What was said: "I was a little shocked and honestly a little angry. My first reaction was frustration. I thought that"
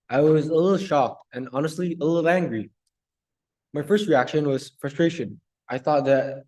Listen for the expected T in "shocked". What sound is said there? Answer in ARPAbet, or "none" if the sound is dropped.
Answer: T